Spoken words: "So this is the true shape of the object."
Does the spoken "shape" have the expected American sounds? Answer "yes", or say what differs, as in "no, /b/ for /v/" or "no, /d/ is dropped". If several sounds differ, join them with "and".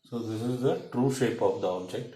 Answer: yes